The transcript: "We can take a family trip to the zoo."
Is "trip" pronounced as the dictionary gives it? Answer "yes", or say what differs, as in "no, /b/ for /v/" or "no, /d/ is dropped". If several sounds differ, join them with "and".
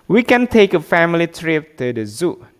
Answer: yes